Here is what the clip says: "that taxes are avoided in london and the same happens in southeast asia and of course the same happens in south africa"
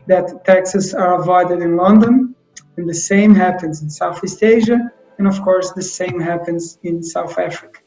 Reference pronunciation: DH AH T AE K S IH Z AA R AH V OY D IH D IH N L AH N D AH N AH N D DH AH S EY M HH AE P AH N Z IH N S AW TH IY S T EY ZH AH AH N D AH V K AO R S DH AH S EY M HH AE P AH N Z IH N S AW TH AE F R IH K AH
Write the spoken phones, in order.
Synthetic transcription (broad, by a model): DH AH T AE K S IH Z AA R AH V OY D IH D IH N L AH N D AH N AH N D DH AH S EY M HH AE P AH N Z IH N S AW TH IY S T EY ZH AH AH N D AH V K AO R S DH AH S EY M HH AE P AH N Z IH N S AW TH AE F R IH K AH